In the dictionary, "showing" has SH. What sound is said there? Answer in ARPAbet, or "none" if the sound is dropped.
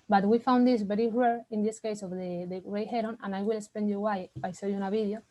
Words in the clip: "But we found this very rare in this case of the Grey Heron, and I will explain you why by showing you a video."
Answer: S